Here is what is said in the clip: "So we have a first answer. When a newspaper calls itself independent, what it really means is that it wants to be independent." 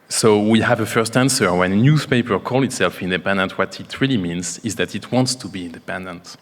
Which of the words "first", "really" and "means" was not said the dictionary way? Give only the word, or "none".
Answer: none